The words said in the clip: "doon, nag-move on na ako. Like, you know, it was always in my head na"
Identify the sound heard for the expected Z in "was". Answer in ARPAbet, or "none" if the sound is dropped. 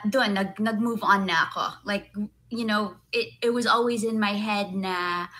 Z